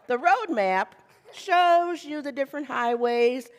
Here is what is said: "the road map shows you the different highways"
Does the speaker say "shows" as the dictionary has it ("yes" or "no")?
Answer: yes